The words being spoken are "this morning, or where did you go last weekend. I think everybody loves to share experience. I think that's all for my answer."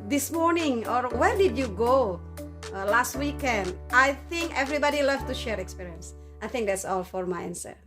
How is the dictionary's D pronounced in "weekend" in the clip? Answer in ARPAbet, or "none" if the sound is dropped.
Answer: D